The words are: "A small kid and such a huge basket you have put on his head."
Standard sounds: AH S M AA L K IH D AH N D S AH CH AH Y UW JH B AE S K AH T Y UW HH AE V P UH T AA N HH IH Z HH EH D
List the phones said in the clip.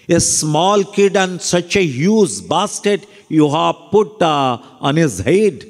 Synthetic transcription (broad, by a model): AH S M AA L K IH D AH N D S AH CH AH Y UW Z B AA S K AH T Y UW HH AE P UH T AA N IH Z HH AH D